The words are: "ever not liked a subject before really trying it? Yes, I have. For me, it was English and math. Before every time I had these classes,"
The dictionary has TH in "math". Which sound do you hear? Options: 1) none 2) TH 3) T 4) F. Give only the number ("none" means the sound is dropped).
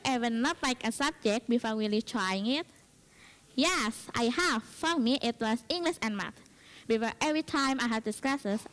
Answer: 3